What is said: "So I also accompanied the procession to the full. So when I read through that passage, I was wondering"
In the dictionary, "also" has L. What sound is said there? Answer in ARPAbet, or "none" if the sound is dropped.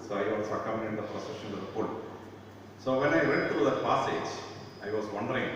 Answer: none